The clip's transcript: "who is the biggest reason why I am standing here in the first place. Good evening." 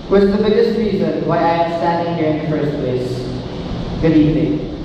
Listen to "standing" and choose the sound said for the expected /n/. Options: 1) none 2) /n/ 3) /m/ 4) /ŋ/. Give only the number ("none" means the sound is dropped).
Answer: 1